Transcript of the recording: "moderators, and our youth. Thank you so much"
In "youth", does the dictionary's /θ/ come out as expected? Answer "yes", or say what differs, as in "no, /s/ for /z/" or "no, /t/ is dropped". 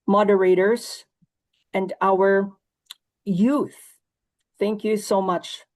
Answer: yes